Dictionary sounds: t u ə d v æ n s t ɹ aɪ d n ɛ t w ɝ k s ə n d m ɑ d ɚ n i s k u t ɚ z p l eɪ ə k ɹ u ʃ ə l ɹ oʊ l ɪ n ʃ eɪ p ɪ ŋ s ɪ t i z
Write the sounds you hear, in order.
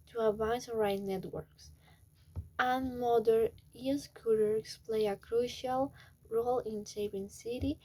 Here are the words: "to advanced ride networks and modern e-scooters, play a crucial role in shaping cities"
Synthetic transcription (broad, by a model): t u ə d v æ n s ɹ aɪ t n ɛ t w ɝ k s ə n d m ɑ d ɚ i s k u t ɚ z p l eɪ ə k ɹ u ʃ ə l ɹ oʊ l ɪ n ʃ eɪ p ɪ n s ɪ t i